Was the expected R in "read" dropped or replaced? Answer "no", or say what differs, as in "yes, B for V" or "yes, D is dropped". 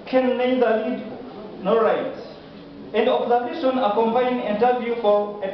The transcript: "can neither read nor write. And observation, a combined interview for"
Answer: yes, L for R